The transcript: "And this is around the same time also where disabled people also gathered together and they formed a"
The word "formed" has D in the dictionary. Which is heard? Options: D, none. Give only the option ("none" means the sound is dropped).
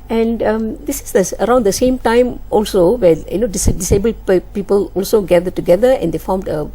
D